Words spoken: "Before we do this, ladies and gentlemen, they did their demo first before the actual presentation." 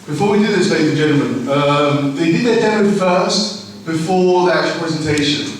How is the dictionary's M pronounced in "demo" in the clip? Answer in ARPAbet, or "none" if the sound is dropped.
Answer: none